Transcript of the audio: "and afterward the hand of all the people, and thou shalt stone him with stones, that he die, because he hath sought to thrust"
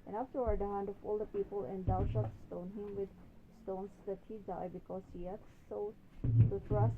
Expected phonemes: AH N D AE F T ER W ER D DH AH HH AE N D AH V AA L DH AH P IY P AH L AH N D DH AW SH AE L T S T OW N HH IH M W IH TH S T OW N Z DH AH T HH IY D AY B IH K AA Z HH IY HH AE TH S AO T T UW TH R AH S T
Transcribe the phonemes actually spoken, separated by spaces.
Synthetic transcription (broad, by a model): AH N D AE F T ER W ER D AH HH AE N D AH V AA L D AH P IY P AH L AH N D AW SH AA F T S T OW N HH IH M W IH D S T OW N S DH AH T HH IY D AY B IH K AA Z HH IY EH T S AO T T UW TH R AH S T